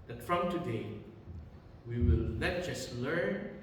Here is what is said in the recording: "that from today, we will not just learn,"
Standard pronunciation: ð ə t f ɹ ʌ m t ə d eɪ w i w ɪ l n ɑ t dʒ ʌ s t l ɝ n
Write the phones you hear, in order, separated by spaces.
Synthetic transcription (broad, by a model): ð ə t f ɹ ʌ m t ə d eɪ w i w ɪ l l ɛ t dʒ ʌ s l ɝ n